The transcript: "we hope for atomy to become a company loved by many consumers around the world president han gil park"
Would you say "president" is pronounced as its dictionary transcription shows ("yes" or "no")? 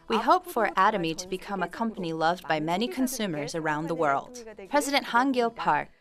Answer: yes